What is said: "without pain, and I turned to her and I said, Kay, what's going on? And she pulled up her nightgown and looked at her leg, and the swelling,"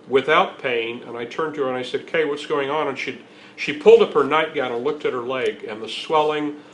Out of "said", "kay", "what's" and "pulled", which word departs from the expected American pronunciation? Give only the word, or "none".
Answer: none